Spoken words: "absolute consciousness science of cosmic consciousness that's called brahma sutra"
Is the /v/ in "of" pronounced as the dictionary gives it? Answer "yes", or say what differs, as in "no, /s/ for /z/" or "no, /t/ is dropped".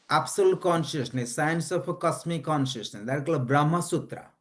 no, /p/ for /v/